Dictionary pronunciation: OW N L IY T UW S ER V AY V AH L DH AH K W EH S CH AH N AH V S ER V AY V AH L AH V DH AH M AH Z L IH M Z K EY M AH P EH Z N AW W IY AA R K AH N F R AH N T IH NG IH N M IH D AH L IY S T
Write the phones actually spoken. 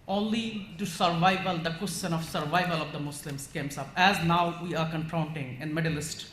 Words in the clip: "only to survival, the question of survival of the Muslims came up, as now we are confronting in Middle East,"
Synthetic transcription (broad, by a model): OW N L IY T UW S ER V AY V AH L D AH K W EH S CH AH N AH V S ER V AY V AH L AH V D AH M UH S L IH M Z K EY M AH P EH Z N AW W IY AA R K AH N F R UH N T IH NG IH N M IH D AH L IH S T